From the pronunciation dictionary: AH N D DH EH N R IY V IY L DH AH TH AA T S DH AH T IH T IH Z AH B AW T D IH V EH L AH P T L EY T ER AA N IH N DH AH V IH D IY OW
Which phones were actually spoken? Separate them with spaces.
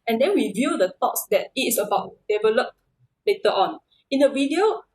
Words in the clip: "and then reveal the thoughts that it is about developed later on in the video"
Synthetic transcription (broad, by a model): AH N D EH N W IY V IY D AH T AA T S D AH T IH T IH S AH B AW T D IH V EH L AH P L EY T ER AA N IH N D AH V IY D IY OW